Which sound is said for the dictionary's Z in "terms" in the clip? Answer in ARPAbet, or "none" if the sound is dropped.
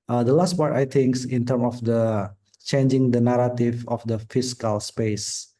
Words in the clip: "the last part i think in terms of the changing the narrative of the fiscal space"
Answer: none